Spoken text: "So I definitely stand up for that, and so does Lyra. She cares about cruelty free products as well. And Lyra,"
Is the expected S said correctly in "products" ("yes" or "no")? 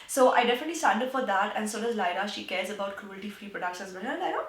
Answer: no